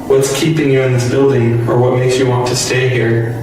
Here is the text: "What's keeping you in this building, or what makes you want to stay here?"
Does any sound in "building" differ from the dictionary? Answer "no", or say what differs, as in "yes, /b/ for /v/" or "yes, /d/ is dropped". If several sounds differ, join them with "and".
no